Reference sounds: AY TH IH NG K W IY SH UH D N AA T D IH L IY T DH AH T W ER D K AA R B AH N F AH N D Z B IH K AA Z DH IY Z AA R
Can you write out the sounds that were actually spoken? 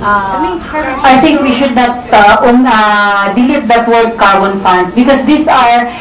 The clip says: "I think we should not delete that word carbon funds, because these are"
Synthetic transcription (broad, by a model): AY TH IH NG K W IY SH UH D N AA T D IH L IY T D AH T W ER D K AA R B AH N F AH N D S B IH K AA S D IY S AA R